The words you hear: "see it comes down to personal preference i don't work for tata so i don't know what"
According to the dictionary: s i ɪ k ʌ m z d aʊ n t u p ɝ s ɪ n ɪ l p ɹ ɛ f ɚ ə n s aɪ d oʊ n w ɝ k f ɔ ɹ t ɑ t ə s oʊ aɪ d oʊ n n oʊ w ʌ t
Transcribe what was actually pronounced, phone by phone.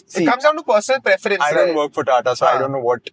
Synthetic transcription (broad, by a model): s ɪ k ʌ m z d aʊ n t u p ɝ s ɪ n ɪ l p ɹ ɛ f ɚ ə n aɪ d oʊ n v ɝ k f ɔ ɹ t ɑ t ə s oʊ aɪ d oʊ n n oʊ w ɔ t